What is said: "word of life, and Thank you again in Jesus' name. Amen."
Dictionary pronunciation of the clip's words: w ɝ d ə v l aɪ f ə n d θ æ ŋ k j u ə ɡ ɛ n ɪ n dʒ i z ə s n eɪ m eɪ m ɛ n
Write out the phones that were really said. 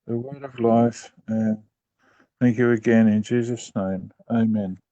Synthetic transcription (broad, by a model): w ɝ d ə v l aɪ f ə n θ æ ŋ k j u ə ɡ ɛ n ɪ n dʒ i z ə s n eɪ m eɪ m ɛ n